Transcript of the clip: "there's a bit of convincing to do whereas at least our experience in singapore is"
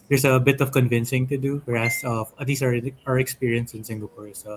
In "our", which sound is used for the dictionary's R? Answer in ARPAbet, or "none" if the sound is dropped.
R